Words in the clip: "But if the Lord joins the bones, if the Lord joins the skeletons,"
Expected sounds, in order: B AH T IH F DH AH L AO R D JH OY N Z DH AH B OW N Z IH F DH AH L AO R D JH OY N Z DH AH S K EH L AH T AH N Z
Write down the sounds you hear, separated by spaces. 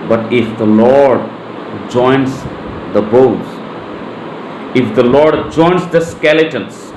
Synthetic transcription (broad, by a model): B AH T IH F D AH L AO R D JH OY N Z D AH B OW Z IH F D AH L AO R D JH OY N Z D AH S K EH L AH T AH N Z